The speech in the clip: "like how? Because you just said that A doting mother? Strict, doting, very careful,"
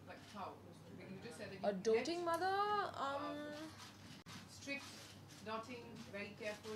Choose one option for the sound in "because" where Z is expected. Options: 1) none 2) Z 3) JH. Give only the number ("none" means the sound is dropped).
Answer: 1